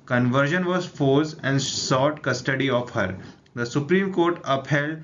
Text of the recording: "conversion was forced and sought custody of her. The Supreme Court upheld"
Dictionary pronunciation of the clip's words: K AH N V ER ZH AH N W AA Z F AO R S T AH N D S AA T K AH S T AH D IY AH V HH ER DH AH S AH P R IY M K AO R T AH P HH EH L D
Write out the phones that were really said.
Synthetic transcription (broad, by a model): K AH N V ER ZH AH N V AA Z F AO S AH N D S AA T K AH S T AH D IY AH F HH ER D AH S AH P R IY M K AO R T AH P HH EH L D